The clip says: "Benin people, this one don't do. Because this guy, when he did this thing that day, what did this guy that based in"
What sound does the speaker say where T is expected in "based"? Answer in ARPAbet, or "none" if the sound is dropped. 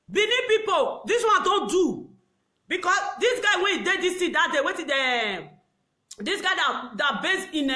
none